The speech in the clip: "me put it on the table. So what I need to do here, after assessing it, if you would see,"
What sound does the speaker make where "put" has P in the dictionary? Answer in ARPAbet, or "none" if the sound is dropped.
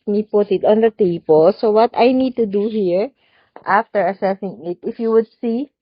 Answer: P